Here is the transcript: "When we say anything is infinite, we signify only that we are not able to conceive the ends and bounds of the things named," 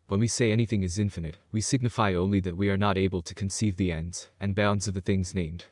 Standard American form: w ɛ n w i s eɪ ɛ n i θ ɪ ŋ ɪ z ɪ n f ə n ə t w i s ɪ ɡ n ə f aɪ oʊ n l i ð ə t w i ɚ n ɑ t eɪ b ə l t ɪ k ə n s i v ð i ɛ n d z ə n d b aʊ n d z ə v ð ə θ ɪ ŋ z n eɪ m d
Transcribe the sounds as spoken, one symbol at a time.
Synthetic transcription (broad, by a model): w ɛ n w i s eɪ ɛ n i θ ɪ ŋ ɪ z ɪ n f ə n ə t w i s ɪ ɡ n ə f aɪ oʊ n l i ð ə t w i ɚ n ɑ t eɪ b ə l t ɪ k ə n s i v ð i ɛ n d z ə n b aʊ n d z ə v ð ə θ ɪ ŋ z n eɪ m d